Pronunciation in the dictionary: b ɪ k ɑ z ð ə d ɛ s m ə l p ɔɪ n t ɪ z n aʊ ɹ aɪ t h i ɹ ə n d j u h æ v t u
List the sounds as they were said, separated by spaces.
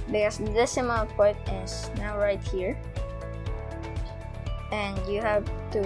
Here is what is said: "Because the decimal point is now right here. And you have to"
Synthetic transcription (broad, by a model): b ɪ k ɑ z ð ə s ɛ m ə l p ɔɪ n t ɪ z n aʊ ɹ aɪ t h i ɹ ə n d j u h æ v t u